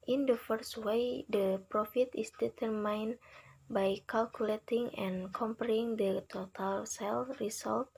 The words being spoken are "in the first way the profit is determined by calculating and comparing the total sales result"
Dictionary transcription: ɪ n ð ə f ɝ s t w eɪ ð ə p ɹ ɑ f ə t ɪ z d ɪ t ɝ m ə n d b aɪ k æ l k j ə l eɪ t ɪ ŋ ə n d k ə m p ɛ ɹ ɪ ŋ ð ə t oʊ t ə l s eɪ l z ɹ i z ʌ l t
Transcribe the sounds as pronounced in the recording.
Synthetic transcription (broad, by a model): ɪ n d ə f ɝ s t w eɪ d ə p ɹ ɑ f ə t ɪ s d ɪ t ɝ m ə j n b aɪ k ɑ l k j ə l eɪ t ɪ ŋ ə n k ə m p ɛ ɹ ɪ ŋ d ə t oʊ t ə l s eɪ l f ɹ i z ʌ l t